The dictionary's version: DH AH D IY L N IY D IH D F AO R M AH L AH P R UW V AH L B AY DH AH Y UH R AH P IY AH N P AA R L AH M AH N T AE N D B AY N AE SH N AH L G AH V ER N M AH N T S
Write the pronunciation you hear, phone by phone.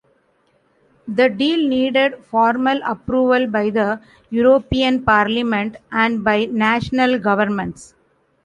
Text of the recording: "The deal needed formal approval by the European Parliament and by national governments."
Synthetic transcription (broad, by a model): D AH D IY L N IY D IH D F AO R M AH L AH P R UW V AH L B AY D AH Y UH R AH P IY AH N P AA R L AH M AH N T AE N D B AY N AE SH N AH L G AH V ER N M AH N T S